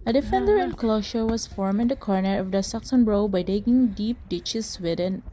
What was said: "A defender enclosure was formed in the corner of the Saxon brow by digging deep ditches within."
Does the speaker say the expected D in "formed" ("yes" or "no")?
no